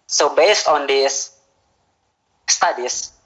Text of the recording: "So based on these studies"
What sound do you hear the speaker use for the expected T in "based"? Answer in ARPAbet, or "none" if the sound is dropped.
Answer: T